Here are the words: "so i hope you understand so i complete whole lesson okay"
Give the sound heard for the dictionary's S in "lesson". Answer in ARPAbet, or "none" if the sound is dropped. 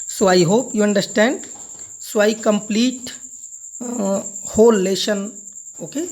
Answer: SH